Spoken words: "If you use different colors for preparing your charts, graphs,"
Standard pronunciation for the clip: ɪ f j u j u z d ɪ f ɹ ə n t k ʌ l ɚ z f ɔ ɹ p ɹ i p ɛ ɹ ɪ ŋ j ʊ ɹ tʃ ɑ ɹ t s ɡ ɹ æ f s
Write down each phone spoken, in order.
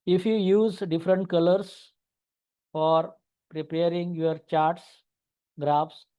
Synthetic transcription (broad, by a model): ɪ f j u j u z d ɪ f ɹ ə n t k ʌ l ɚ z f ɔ ɹ p ɹ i p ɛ ɹ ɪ ŋ j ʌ ɹ tʃ ɑ ɹ t s ɡ ɹ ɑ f s